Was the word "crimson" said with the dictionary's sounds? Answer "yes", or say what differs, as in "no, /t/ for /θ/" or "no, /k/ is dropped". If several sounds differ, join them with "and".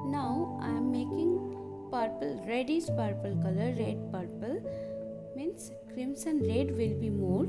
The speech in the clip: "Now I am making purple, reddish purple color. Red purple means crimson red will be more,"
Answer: no, /s/ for /z/